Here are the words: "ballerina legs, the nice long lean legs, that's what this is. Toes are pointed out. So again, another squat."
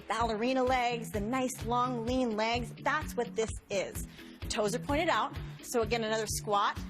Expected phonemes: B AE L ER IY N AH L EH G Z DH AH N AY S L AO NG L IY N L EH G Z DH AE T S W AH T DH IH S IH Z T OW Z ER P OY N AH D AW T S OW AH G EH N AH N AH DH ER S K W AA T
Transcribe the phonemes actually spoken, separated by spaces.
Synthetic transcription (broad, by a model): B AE L ER IY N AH L EH G Z DH AH N AY S L AO NG L IY N L EH G Z DH AE T S W AH T DH IH S IH Z T OW Z ER P OY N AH D AW T S OW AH G EH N AH N AH DH ER S K W AA T